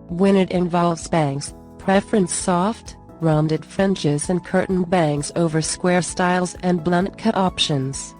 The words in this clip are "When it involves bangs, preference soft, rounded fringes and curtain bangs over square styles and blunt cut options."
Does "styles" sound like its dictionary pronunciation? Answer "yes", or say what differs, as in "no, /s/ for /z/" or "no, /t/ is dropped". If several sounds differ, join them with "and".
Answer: yes